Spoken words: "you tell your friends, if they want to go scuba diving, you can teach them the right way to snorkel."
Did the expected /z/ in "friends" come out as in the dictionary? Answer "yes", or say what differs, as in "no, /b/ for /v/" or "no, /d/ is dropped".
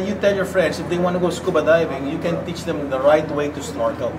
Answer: no, /s/ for /z/